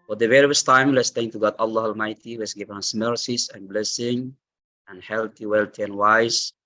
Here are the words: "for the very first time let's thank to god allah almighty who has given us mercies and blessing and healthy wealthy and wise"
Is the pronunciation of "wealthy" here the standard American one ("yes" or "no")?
no